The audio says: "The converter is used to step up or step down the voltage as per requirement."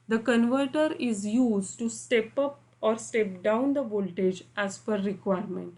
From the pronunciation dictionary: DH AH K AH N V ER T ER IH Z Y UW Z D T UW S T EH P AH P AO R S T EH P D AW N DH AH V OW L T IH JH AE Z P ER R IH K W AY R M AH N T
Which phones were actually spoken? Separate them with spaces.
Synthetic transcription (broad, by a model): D AH K AH N V ER T ER IH Z Y UW Z D T UW S T EH P AH P AO R S T EH P D AW N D AH V OW L T IH JH AE Z F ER R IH K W AY R M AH N T